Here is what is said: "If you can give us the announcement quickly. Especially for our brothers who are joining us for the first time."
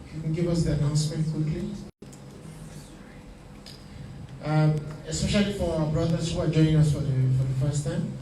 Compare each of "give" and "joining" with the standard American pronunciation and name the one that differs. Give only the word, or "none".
joining